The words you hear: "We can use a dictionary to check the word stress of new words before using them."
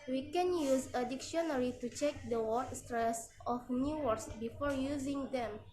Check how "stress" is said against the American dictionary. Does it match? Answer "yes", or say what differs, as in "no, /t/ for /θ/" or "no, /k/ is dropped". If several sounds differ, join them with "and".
yes